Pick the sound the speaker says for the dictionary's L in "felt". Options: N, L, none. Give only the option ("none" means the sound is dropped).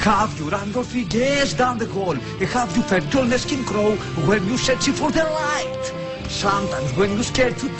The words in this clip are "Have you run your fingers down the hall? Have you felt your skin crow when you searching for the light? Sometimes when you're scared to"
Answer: none